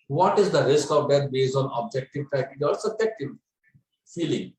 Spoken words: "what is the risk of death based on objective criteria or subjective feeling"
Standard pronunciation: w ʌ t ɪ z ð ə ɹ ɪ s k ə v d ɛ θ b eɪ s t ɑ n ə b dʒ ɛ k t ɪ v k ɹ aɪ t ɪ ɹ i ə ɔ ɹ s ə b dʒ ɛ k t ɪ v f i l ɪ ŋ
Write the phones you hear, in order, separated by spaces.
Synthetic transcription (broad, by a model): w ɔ t ɪ z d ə ɹ ɪ s k ə v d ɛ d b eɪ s ɑ n ə b dʒ ɛ k t ɪ v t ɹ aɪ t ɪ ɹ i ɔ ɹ s ə b dʒ ɛ k t ɪ v f i l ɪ ŋ